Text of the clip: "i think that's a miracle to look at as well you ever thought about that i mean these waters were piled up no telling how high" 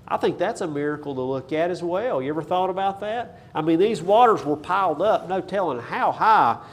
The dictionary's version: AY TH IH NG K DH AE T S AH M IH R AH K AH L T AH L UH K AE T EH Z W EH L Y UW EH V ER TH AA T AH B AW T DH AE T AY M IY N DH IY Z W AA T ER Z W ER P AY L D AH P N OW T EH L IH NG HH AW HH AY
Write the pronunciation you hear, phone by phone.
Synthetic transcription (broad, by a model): AY TH IH NG K DH AE T S AH M IH R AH K L T AH L UH K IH T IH Z W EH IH Y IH EH V ER TH AA T AH B AW T DH AE T AY M IY N DH IY Z W AA T ER Z W ER P AY L D AH P N OW T EH L IH NG HH AW HH AY